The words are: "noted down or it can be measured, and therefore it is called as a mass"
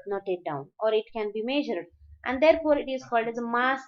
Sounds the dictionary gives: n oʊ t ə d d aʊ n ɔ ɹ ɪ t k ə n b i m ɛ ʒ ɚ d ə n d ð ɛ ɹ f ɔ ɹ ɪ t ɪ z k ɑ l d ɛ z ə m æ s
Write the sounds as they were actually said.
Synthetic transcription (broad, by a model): n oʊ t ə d d aʊ n ɔ ɹ ɪ t k ə n b i m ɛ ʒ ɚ d ə n d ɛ ɹ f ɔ ɹ ɪ t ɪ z k ɑ l d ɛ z ə m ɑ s